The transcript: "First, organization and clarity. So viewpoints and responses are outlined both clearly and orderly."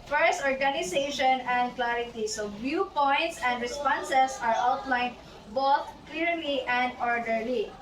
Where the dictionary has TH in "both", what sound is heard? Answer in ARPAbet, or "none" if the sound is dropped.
T